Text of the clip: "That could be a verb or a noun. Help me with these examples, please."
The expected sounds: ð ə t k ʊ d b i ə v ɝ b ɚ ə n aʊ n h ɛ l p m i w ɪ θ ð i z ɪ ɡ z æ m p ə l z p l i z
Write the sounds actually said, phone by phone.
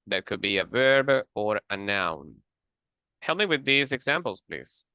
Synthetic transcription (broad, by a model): ð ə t k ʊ d b i ə v ɝ b ɚ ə n aʊ n h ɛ l m i w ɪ ð i z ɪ ɡ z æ m p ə l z p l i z